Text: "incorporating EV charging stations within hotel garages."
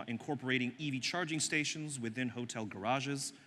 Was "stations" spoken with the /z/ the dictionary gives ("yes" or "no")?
yes